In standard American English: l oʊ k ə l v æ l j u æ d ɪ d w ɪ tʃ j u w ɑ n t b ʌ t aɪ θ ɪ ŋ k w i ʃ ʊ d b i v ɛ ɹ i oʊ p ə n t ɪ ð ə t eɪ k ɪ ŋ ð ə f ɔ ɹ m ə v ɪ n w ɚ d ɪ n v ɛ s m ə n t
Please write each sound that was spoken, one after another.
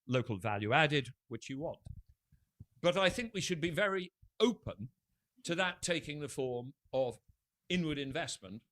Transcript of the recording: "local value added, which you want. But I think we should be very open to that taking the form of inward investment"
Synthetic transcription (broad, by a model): l oʊ k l v æ l j u æ d ɪ d w ɪ tʃ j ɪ w ɑ n t b ʌ t aɪ θ ɪ ŋ k w i ʃ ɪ d b i v ɛ ɹ i oʊ p ə n t ɪ ð ə t eɪ k ɪ ŋ ð ə f ɔ ɹ m ə v ɪ n w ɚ d ɪ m v ɛ s m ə n t